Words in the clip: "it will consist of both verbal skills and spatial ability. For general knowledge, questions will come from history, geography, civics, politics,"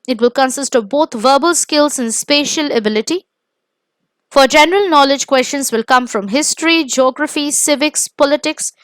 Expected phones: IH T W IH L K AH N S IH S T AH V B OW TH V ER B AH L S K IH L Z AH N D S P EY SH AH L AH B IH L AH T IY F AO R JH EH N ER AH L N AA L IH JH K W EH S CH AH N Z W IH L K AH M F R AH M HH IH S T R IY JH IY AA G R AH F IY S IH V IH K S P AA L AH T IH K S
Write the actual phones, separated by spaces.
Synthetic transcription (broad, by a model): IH T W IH L K AH N S IH S T AH V B OW T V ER B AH L S K IH L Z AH N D S P EY SH AH L AH B IH L AH T IY F AO R JH EH N ER AH L N AA L IH JH K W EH S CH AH N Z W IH L K AH M F R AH M HH IH S T R IY JH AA G R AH F IY S IH V IH K S P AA L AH T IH K S